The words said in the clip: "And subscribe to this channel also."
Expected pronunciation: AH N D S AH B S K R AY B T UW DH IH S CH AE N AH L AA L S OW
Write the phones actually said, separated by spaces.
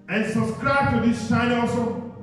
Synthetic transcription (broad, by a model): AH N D S AH B S K R AY B T UW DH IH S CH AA AH N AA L S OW